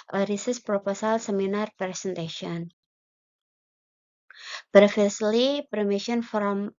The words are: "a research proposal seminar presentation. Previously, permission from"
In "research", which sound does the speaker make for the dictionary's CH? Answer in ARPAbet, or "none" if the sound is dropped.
S